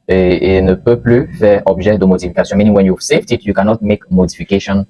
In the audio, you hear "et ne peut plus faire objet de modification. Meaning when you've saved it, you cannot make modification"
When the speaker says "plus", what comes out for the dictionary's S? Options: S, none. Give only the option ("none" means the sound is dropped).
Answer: none